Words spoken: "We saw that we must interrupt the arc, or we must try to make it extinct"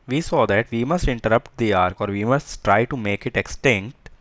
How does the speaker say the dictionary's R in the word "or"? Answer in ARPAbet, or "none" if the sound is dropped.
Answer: R